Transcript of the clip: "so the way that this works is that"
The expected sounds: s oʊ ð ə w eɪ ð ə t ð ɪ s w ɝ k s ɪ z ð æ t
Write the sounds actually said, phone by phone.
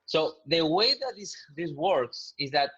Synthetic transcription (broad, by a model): s oʊ ð ə w eɪ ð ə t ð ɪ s w ɝ k s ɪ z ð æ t